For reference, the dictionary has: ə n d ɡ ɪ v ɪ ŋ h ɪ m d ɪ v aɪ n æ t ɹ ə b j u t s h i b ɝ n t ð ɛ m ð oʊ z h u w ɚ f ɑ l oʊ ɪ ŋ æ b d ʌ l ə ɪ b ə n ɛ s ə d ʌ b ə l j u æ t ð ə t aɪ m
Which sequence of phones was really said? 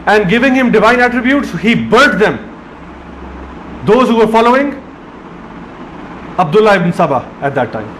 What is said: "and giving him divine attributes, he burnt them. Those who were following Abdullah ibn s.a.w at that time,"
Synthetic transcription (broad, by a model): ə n d ɡ ɪ v ɪ ŋ h ɪ m d ɪ v aɪ n æ t ɹ ə b j u t s h i b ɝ t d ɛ m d oʊ z h u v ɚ f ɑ l oʊ ɪ ŋ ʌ b d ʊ l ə ɪ b ə n s ə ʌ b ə æ t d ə t aɪ m